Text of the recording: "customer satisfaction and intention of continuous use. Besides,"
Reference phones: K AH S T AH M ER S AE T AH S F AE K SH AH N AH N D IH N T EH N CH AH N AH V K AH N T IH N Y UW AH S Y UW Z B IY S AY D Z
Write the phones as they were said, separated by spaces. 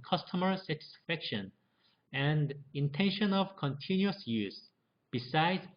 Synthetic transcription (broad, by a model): K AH S T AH M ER S AE T AH S F AE K SH AH N AH N D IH N T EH N SH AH N AH V K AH N T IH N Y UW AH S Y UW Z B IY S AY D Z